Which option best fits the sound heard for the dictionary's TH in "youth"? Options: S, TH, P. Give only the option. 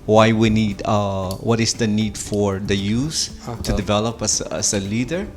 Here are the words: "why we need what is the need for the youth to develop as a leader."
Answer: S